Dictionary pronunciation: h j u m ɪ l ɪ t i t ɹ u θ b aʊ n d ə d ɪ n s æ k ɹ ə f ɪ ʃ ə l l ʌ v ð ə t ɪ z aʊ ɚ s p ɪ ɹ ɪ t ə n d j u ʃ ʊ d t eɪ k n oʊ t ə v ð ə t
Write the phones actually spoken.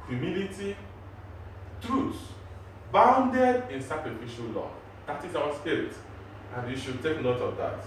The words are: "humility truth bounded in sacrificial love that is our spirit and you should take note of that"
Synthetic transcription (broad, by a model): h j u m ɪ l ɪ t i t ɹ u s b aʊ n d ə d ɪ n s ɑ k ɹ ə f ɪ ʃ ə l l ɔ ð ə t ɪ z aʊ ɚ s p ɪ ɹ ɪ t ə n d j u ʃ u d t eɪ k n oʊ t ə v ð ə t